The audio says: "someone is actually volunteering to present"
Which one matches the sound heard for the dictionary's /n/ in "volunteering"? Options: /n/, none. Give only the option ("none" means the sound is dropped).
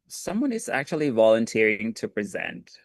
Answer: /n/